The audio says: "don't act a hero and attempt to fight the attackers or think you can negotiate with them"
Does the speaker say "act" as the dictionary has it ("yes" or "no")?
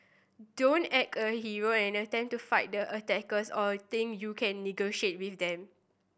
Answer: no